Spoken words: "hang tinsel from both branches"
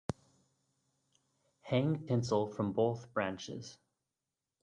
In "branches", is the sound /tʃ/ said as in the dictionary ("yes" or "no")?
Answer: yes